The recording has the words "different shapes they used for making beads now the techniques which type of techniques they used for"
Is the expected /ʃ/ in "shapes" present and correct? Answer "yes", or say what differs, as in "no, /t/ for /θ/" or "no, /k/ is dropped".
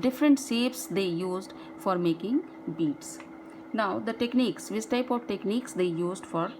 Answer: no, /s/ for /ʃ/